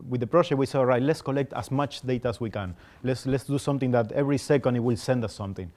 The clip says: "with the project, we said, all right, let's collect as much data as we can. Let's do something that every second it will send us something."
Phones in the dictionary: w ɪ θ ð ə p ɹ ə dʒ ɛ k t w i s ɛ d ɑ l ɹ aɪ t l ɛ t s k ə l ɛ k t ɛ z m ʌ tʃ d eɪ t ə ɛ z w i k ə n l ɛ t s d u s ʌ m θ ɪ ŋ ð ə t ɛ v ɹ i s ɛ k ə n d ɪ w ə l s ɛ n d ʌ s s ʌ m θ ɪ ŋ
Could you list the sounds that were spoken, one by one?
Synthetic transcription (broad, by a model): w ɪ ð ə p ɹ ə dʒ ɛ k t w i s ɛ ɑ l ɹ aɪ t l ɛ t s k ə l ɛ k t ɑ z m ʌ tʃ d eɪ t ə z w i k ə n l ɛ t s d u s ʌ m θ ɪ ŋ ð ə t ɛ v ɹ i s ɛ k ə n d w ə l s ɛ n d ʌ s s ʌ m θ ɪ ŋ